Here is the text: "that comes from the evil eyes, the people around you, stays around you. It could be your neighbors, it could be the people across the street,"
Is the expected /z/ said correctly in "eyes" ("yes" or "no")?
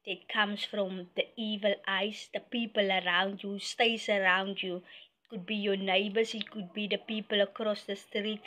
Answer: no